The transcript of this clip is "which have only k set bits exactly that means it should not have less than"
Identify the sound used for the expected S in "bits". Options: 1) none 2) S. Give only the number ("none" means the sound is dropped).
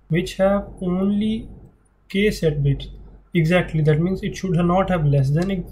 1